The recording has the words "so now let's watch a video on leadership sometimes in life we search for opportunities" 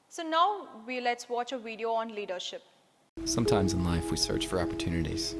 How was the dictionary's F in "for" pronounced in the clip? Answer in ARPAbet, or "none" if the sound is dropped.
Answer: F